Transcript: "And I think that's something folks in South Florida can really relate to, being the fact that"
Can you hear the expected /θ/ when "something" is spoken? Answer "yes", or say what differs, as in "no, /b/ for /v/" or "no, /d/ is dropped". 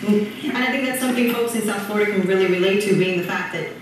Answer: yes